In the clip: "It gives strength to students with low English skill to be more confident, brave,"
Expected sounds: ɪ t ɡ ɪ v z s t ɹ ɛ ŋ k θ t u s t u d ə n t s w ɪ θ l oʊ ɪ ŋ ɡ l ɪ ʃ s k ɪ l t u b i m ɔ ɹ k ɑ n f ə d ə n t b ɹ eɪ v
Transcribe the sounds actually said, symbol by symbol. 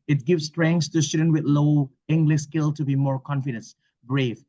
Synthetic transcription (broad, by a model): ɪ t ɡ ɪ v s t ɹ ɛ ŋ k s t u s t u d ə n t w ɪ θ l oʊ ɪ ŋ ɡ l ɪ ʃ s k ɪ l t u b i m ɔ ɹ k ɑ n f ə d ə n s b ɹ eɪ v